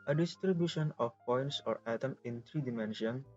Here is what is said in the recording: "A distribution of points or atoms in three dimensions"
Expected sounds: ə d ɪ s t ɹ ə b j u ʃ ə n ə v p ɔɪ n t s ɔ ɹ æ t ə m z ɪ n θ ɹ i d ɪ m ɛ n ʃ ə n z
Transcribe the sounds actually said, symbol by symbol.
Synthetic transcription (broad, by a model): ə d ɪ s t ɹ ə b j u ʃ ə n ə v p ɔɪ n t s ɔ ɹ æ t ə m ɪ n t ɹ i d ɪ m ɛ n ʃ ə n